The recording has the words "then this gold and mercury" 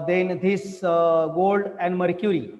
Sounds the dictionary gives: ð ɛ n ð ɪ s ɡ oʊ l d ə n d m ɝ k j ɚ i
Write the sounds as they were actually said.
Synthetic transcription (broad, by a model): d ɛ n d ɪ s ɡ oʊ l d ə n d m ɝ k j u i